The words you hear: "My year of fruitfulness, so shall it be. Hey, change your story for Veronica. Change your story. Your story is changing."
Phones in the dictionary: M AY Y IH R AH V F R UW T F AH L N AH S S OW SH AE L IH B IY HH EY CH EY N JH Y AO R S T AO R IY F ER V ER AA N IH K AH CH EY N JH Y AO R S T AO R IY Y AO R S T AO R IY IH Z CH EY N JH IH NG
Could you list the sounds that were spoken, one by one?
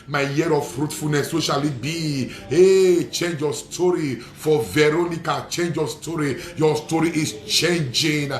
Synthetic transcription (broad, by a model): M AY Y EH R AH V F R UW T F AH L N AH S S OW SH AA L IH B IY HH EY CH EY N JH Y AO S T AO R IY F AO V ER AA N IH K AH CH EY N JH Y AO S T AO R IY Y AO S T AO R IY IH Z CH EY N JH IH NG